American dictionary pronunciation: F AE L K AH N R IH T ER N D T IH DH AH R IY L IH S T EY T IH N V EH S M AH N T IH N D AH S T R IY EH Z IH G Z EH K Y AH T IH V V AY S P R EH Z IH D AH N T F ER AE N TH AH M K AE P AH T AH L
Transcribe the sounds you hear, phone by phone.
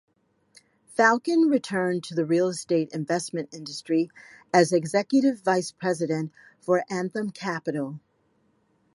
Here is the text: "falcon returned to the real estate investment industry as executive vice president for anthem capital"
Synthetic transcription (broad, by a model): F AE L K AH N R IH T ER N T IH DH AH R IY L S T EY T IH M V EH S M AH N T IH N D AH S T R IY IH Z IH G Z EH K Y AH T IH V V AY S P R EH Z IH D AH N T F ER AE N TH AH M K AE P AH T L